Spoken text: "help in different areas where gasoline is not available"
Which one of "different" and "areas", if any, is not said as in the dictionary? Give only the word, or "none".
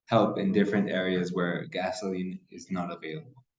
none